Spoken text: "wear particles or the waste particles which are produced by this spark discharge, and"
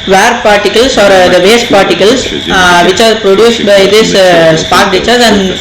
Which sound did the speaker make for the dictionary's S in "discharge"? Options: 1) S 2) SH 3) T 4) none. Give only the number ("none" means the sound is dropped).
4